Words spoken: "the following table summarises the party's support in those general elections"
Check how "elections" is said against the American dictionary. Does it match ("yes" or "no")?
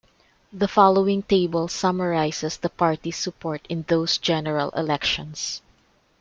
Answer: no